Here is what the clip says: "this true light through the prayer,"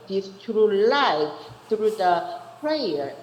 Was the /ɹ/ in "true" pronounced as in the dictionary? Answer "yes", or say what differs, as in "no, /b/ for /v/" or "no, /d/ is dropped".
yes